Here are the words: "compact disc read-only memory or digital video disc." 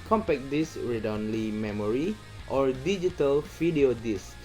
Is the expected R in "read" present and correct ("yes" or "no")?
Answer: yes